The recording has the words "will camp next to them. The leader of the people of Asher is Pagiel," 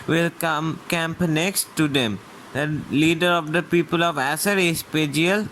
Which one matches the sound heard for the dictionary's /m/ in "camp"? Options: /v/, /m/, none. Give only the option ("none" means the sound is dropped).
/m/